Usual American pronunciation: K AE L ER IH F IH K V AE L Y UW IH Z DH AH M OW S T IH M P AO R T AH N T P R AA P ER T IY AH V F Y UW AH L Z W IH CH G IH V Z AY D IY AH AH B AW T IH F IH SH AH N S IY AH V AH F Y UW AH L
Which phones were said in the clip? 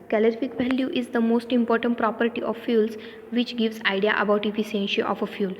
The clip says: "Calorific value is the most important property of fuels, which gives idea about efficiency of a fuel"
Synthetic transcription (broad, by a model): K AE L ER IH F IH K V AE L Y UW IH Z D AH M OW S T IH M P AO R T AH N T P R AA P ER T IY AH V F Y UW L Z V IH CH G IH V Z AY D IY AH AH B AW T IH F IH S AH N SH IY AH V AH F Y UW L